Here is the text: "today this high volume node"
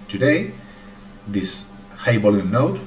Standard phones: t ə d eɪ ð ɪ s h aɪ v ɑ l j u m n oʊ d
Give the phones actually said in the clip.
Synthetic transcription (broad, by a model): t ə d eɪ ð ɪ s h aɪ b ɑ l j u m n oʊ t